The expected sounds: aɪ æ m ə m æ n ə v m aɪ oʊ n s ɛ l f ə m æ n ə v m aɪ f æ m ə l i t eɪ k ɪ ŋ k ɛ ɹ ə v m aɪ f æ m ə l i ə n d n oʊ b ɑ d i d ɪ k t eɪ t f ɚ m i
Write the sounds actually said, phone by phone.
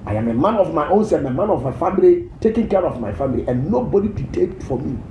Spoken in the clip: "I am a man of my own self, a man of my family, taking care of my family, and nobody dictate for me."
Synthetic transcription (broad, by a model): aɪ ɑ m ə m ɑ n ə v m aɪ oʊ n s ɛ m ə m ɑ n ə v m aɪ f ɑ m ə l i t eɪ k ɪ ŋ k ɛ ɹ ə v m aɪ f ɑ m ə l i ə n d n oʊ b ɑ d i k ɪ t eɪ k f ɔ m i